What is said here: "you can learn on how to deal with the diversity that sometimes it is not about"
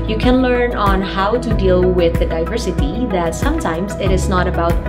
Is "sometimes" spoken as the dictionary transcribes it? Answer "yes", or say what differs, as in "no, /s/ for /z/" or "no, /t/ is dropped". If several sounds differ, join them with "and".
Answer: yes